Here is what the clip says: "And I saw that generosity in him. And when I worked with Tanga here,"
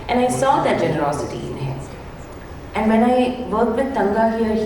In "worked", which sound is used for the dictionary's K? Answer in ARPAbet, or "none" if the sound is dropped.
none